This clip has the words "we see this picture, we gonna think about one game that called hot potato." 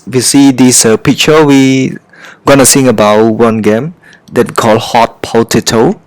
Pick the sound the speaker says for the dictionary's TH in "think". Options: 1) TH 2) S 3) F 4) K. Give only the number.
2